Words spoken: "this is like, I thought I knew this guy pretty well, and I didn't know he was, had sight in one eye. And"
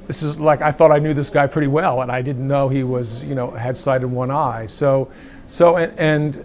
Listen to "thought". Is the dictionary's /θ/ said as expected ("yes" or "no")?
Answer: yes